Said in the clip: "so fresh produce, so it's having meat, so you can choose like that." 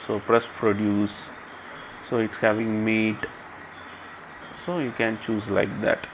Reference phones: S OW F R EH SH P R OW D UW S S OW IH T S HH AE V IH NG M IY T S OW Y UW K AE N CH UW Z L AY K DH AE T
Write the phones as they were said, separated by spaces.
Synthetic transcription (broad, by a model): S OW P R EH S P R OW D UW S S OW IH T S HH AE V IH NG M IY T S OW Y UW K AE N CH UW Z L AY K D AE T